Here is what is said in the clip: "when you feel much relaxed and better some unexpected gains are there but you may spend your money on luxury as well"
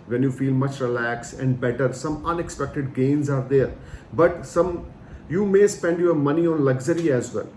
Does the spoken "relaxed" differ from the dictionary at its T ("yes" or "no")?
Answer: yes